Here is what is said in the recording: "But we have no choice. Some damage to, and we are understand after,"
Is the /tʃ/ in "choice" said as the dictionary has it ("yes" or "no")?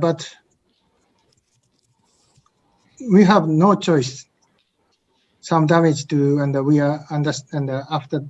yes